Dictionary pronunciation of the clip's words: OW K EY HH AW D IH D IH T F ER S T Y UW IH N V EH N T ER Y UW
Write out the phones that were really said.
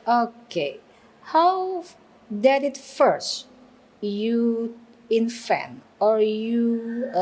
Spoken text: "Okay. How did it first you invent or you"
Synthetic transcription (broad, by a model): OW K EY HH AW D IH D IH T F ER S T Y UW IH N F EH N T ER Y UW